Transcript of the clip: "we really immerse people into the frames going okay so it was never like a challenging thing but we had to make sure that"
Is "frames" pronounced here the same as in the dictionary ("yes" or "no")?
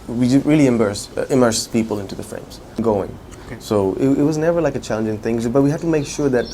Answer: yes